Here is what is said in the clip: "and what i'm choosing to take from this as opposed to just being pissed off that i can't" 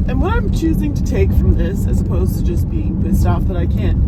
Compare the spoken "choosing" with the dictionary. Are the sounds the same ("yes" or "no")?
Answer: yes